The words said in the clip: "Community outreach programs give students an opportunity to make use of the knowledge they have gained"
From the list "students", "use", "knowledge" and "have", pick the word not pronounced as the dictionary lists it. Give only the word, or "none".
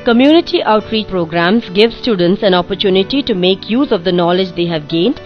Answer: none